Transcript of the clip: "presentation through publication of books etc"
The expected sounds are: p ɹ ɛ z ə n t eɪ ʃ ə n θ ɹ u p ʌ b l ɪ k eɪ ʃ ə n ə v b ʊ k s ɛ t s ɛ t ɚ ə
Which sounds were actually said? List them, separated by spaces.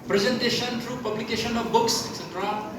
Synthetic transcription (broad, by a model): p ɹ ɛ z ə n t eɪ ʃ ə n t ɹ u p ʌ b l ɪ k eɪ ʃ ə n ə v b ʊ k s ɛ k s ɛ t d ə